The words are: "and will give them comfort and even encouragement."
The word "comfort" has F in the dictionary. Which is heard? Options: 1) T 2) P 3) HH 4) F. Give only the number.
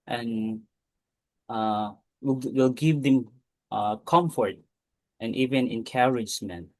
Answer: 4